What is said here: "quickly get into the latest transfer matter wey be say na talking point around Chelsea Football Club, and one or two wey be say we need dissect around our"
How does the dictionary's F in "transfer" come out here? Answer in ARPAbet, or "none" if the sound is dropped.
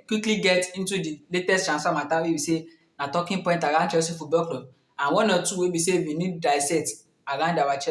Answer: none